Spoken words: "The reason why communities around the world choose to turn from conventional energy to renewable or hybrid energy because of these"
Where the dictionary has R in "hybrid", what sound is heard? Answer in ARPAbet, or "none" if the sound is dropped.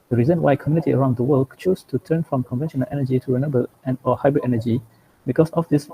R